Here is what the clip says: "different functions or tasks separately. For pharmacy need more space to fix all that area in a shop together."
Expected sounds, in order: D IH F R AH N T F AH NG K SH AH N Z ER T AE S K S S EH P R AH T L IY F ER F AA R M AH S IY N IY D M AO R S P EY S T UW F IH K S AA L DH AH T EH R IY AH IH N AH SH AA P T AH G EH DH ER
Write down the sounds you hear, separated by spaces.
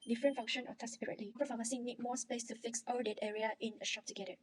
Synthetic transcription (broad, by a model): D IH F R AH N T F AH NG SH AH N AO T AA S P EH R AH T L IY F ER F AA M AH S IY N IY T M AO S P EY S T UW F IH K S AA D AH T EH R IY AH IH N AH SH AA P T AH G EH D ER